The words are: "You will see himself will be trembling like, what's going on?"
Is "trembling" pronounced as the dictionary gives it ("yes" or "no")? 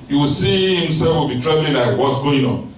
no